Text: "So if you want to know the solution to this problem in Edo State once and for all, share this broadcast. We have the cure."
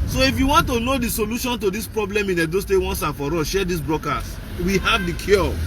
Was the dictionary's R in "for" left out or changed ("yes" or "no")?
no